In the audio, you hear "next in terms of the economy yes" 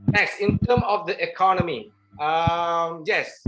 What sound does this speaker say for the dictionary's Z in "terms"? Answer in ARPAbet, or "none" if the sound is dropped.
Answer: none